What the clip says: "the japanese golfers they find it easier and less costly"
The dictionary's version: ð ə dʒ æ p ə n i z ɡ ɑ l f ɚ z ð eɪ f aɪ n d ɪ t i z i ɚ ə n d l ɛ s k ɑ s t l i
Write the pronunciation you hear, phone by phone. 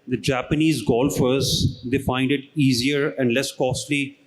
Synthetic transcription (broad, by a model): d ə dʒ æ p ə n i z ɡ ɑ l f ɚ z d eɪ f aɪ n d ɪ t i z i ɚ ə n d l ɛ s k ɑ s t l i